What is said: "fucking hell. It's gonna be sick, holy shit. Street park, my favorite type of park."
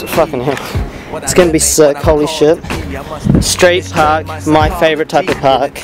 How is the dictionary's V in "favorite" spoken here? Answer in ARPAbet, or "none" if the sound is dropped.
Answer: V